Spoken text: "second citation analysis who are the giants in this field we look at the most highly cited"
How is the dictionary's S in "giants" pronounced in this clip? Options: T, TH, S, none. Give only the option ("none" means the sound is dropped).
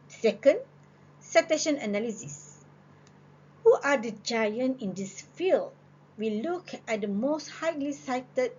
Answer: none